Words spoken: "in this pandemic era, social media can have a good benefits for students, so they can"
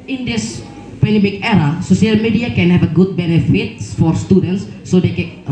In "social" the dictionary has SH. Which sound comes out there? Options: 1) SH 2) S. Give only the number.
2